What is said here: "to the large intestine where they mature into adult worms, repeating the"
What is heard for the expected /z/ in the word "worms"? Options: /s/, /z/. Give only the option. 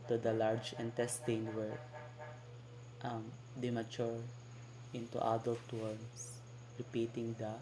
/s/